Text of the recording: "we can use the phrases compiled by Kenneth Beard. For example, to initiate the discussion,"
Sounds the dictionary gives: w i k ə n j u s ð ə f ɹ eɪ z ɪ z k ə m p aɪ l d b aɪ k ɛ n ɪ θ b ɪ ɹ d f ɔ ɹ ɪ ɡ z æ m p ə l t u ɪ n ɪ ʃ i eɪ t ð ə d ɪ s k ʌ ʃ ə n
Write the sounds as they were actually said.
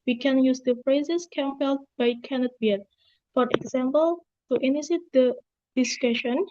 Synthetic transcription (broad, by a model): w i k ə n j u s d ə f ɹ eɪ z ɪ s k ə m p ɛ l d b aɪ k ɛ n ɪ t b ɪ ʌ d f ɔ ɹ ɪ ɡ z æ m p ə l t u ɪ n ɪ s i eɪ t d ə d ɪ s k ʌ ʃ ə n